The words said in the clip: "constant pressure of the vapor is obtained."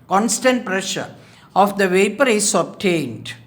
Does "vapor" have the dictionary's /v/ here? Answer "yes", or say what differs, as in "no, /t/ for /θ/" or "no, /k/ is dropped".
yes